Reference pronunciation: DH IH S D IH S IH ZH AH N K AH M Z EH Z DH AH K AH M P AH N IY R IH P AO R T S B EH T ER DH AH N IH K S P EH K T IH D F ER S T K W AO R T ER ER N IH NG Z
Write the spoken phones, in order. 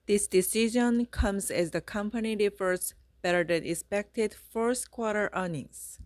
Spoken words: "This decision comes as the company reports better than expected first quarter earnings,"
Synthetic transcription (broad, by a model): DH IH S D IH S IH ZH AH N K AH M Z EH Z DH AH K AH M P AH N IY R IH F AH R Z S B EH T ER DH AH N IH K S P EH K T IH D F ER S T K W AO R T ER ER N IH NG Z